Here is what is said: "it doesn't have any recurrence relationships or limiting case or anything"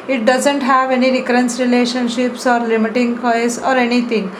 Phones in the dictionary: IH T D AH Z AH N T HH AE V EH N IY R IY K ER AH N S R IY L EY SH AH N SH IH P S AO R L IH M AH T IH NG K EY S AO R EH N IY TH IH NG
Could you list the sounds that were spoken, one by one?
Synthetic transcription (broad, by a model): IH T D AH Z AH N T HH AE V EH N IY R IY K ER AH N S R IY L EY SH AH N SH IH P S AO R L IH M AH T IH NG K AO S AO R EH N IY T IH NG